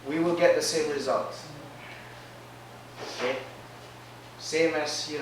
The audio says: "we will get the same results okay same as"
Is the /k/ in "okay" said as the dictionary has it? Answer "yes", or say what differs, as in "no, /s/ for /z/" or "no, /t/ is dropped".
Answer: no, /k/ is dropped